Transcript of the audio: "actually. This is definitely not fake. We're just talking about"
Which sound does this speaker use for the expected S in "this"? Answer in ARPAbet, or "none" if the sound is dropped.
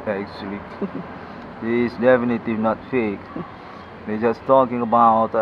none